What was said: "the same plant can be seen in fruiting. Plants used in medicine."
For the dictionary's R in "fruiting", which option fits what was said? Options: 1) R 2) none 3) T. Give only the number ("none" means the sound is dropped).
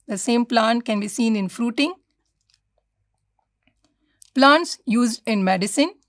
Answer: 1